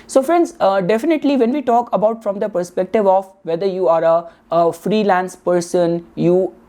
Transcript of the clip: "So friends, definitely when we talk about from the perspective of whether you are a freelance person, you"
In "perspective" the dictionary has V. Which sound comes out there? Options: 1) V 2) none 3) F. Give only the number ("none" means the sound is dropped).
1